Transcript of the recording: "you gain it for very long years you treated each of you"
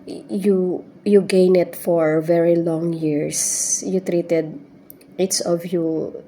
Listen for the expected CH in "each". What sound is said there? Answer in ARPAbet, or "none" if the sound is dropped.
S